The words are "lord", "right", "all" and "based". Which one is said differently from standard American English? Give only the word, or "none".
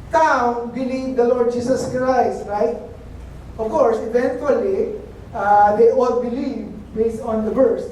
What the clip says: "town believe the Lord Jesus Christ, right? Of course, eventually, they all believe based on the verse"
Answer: none